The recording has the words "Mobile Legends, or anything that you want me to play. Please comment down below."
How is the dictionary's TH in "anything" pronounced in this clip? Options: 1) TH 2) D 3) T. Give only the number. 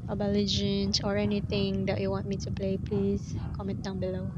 3